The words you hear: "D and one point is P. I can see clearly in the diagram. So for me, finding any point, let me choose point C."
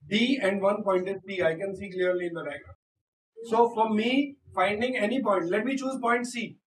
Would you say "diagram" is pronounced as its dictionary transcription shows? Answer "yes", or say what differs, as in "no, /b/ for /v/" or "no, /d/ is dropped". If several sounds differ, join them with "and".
no, /ɹ/ is dropped